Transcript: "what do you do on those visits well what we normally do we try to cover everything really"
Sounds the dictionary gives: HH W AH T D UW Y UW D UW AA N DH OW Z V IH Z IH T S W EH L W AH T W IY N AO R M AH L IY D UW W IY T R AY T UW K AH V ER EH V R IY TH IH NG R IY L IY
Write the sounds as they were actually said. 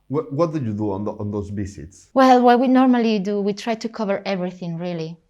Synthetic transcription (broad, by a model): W W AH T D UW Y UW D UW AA N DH OW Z B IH S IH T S W EH L W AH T W IY N AO R M AH L IY D UW W IY T R AY T UW K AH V ER EH V R IY TH IH NG R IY L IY